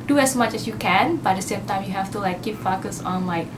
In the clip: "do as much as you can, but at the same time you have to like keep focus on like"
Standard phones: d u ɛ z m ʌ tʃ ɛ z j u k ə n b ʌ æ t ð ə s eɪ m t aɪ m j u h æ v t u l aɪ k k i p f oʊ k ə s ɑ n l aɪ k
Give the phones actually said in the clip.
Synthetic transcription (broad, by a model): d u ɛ s m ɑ tʃ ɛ s j u k ə n b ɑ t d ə s eɪ m t aɪ m j u h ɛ f t u l aɪ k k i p f oʊ k ə s ɑ n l aɪ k